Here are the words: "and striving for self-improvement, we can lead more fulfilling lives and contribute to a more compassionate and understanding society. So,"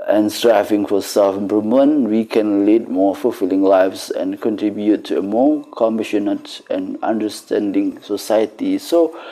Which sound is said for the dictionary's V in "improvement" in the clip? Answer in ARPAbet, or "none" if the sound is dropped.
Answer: none